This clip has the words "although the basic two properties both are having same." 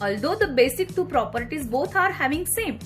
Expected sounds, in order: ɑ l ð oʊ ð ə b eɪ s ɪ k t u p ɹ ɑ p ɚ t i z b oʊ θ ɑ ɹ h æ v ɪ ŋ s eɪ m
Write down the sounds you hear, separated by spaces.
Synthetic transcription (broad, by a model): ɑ l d oʊ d ə b eɪ s ɪ k t u p ɹ ɑ p ɚ t i z b oʊ t ɑ ɹ h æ v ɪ ŋ s eɪ m